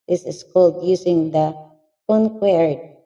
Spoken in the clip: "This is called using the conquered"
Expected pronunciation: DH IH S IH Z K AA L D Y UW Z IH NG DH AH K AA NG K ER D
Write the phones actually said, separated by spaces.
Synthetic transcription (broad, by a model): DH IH S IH S K AA L D Y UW S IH NG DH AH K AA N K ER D